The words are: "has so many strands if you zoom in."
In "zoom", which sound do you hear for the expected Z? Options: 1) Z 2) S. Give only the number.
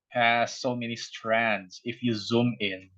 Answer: 1